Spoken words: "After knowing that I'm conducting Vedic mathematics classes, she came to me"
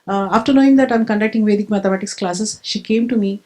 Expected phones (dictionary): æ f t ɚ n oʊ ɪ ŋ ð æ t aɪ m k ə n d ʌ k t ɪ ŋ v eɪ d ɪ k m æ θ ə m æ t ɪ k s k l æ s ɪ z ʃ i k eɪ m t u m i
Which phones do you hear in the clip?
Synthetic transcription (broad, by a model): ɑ f t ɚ n oʊ ɪ ŋ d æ t aɪ m k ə n d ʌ k t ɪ ŋ v eɪ d ɪ k m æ t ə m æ t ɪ k s k l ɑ s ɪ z ʃ i k eɪ m t u m i